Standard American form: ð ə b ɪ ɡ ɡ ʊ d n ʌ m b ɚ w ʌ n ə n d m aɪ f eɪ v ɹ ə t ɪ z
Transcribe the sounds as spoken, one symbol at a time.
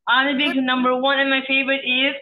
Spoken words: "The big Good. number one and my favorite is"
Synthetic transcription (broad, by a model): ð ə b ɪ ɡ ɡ n ʌ m b ɚ w ʌ n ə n m aɪ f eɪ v ə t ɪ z